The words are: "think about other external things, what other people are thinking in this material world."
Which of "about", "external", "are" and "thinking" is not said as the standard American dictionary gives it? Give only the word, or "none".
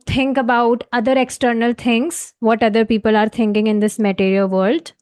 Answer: thinking